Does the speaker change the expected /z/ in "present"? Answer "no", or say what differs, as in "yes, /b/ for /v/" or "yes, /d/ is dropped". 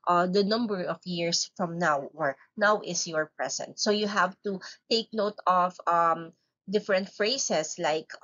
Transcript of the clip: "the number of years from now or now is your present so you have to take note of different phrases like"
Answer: yes, /s/ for /z/